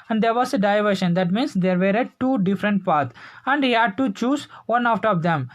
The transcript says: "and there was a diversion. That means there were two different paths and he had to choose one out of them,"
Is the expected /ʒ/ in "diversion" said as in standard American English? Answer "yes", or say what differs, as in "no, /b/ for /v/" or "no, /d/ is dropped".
no, /ʃ/ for /ʒ/